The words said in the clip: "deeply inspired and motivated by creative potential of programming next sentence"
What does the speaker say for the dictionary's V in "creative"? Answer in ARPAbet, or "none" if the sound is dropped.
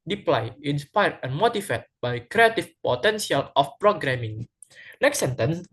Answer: F